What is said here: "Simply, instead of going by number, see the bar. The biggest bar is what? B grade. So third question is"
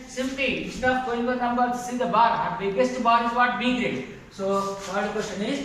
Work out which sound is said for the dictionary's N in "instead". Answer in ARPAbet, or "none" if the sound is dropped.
none